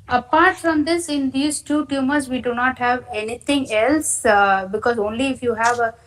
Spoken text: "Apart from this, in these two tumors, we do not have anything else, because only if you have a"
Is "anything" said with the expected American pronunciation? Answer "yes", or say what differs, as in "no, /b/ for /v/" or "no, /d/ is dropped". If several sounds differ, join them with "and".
no, /t/ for /θ/